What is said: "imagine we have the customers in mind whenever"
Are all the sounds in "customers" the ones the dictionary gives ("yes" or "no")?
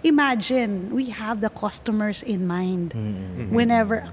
no